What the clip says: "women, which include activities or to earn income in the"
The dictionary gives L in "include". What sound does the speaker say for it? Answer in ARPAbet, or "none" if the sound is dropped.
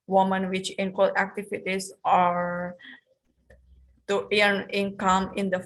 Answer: W